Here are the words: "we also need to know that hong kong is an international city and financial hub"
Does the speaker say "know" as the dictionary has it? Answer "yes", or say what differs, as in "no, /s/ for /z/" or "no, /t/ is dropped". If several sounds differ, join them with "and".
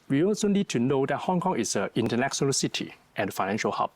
yes